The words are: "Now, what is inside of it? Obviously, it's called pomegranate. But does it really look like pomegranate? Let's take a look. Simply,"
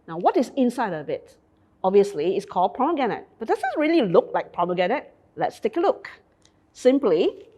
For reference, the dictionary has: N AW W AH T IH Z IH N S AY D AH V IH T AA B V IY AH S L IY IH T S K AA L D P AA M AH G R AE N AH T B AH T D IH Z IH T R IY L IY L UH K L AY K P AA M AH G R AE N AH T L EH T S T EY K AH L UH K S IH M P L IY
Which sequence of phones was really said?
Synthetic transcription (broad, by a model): N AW W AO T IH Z IH N S AY D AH B IH T AA B V IY AH S L IY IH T S K AA L D P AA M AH G AE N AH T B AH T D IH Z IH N R IY L IY L UH K L AY K P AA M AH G AE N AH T L EH T S T EY K AH L UH K S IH M P L IY